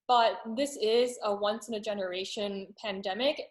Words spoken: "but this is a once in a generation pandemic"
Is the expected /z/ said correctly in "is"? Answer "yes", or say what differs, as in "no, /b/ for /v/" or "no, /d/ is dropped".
yes